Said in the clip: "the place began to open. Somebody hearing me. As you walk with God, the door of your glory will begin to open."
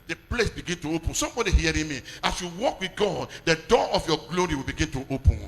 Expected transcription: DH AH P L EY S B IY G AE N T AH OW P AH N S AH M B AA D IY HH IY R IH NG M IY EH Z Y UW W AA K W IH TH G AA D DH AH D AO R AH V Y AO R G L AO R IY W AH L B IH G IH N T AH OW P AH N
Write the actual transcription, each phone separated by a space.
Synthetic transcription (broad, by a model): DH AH P L EY S B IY G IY N T AH OW P AH N S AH M B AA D IY HH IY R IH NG M IY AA S Y UW W AA K W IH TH G AA D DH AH D AO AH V Y AO G L AO R IY W AH L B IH G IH N T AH OW P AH N